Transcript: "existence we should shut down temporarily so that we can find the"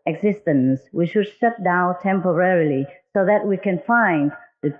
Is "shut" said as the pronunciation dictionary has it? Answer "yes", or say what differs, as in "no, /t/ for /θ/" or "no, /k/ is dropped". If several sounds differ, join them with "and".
no, /s/ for /ʃ/